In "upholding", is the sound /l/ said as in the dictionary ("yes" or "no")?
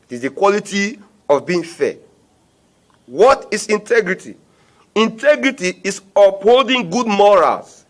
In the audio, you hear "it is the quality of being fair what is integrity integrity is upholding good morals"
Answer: yes